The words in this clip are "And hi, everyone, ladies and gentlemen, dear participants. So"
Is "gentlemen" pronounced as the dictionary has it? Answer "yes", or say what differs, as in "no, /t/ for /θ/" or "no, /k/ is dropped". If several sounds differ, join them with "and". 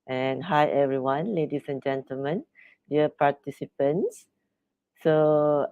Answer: yes